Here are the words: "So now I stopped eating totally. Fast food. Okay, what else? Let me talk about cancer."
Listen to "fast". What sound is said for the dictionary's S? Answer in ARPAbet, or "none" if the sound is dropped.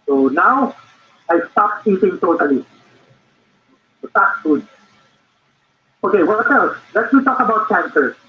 none